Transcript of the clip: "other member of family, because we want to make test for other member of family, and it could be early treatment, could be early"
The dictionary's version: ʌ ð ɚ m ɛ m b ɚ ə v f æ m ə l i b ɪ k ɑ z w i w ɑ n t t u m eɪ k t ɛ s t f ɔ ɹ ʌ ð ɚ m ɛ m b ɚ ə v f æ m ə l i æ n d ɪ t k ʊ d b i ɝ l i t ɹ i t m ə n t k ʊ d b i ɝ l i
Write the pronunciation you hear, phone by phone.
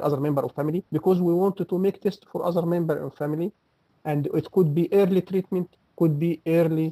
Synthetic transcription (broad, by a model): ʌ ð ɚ m ɛ m b ɚ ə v f æ m ə l i b ɪ k ɑ z w i w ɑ n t t u m eɪ k t ɛ s t f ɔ ɹ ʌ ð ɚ m ɛ m b ɚ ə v f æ m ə l i æ n d ɪ t k ʊ d b i ɝ l i t ɹ i t m ə n t k ʊ d b i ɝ l i